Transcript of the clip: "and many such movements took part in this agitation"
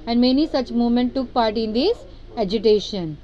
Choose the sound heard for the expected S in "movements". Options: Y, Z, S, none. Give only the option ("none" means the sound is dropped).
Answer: none